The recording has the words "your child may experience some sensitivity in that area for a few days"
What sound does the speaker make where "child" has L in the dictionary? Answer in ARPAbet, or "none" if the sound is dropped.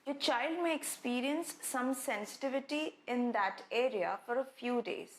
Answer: L